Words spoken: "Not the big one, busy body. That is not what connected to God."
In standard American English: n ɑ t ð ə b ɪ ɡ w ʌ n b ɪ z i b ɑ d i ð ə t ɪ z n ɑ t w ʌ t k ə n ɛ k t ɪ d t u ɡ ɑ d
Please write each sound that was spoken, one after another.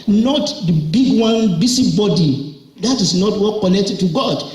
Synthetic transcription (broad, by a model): n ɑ t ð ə b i ɡ w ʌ n b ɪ s i b ɑ d i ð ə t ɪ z n ɑ t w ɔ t k ə n ɛ k t ɪ d t u ɡ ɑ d